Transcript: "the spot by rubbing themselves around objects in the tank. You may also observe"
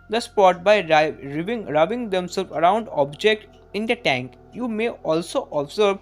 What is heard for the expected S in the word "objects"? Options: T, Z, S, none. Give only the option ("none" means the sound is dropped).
none